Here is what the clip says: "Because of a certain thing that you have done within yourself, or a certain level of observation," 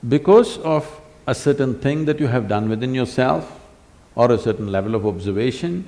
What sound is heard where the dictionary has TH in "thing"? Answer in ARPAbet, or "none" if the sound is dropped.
T